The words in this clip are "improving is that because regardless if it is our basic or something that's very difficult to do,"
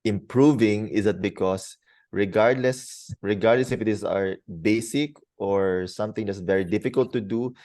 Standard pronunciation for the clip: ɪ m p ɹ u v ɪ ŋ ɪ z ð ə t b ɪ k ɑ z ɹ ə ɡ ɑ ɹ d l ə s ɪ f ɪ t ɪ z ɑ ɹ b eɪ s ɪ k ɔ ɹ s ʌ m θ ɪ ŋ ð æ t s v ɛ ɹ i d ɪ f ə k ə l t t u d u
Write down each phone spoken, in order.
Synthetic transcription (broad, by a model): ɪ m p ɹ u v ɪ ŋ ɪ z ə t b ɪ k ɑ s ɹ ə ɡ ɑ ɹ d l ə s ɪ f ɪ t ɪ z ɑ ɹ b eɪ s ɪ k ɔ ɹ s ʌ m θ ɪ ŋ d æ t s v ɛ ɹ i d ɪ f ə k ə l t t u d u